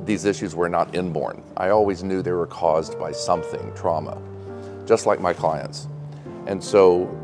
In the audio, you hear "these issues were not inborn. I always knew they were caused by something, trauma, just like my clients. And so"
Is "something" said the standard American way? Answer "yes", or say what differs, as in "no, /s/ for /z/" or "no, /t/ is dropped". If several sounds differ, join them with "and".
yes